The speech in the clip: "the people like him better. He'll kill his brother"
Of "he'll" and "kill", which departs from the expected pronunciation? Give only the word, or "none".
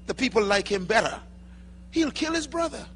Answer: none